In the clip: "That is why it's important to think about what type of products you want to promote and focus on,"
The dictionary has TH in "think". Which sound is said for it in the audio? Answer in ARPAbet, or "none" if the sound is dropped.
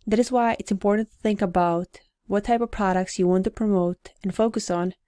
TH